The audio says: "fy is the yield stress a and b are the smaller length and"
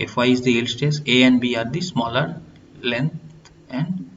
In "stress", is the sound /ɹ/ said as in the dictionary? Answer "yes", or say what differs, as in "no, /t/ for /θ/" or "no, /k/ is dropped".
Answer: no, /ɹ/ is dropped